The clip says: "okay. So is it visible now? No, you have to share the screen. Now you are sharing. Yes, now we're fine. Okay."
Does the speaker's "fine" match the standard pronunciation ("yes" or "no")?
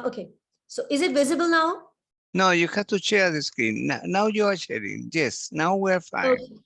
no